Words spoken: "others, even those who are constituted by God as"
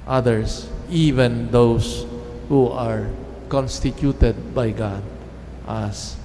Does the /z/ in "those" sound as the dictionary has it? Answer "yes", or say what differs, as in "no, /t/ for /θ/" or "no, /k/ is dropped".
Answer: no, /s/ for /z/